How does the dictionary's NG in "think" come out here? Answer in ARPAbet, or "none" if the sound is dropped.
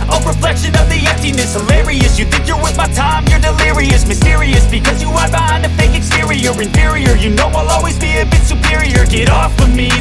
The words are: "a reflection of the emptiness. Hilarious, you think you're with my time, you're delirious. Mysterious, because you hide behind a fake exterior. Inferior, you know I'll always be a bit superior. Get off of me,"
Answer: NG